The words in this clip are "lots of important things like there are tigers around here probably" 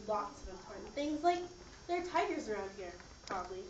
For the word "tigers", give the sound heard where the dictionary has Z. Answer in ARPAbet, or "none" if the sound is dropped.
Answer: Z